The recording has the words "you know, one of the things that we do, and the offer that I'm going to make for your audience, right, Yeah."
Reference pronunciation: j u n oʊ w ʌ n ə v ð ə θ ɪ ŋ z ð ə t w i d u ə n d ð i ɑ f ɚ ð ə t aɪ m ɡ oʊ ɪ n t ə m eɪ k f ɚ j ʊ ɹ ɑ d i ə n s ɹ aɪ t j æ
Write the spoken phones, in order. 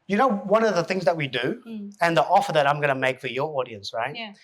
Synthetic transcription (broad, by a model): j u n oʊ w ʌ n ə v ð ə θ ɪ ŋ z ð ə t w i d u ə n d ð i ɑ f ɚ ð ə t aɪ m ɡ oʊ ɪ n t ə m eɪ k f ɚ j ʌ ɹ ɑ d i ə n s ɹ aɪ t